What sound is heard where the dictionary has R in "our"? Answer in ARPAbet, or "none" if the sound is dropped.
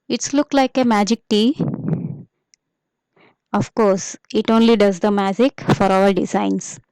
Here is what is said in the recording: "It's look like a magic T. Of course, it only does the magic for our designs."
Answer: L